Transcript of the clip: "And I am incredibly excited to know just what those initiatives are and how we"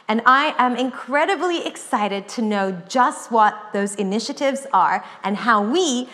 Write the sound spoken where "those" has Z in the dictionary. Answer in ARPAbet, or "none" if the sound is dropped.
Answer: Z